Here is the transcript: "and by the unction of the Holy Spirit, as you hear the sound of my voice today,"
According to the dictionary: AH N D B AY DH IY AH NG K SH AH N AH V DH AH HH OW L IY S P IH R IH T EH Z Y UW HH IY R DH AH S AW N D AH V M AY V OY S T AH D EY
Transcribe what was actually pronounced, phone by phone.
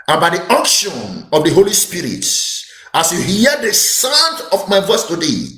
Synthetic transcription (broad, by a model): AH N B AY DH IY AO K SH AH N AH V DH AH HH OW L IY S P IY R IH T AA S Y UW HH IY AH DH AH S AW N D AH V M AY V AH S T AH D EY